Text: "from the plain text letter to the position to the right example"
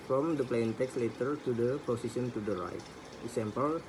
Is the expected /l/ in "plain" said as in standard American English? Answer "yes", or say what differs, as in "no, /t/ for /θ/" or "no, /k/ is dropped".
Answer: yes